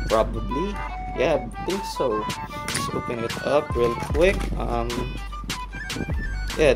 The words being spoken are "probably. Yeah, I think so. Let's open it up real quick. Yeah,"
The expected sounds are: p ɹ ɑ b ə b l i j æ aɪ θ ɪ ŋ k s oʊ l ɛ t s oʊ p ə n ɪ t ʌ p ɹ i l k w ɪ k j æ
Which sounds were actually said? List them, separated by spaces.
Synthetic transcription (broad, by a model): p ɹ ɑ b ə b l i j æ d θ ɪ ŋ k s oʊ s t oʊ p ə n ɪ t ʌ p ɹ i l k w ɪ k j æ